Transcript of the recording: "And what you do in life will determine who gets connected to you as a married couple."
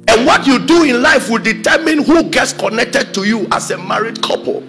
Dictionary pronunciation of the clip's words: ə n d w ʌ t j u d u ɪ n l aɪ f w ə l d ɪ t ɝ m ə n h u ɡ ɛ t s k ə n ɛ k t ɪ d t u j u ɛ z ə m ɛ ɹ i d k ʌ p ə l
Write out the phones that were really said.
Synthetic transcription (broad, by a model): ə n w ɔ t j u d u ɪ n l aɪ f w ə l d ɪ t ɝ m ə n h u ɡ ɛ t s k ə n ɛ k t ɪ d t u j u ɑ s ə m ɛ ɹ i d k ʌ p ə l